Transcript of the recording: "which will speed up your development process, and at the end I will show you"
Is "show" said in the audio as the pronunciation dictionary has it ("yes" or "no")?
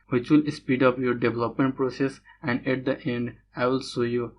no